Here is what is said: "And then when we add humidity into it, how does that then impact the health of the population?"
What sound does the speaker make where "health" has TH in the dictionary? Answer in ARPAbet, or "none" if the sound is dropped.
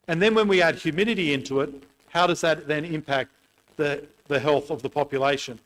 TH